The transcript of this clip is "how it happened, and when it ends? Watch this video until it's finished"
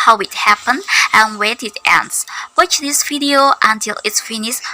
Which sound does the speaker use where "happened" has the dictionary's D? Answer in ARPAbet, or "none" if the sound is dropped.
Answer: none